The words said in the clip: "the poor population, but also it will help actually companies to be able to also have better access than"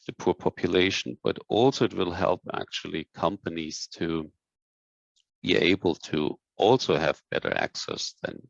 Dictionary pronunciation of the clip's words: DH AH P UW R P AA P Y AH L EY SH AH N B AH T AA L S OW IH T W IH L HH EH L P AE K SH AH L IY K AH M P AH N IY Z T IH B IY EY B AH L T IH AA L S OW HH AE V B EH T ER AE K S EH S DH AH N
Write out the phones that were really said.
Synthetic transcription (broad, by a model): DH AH P UW R P AA P Y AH L EY SH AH N B AH T AA L S OW IH T W IH L HH EH L P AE K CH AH L IY K AH M P AH N IY Z T IH B IY EY B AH L T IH AA L S OW HH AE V B EH T ER AE K S EH S DH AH N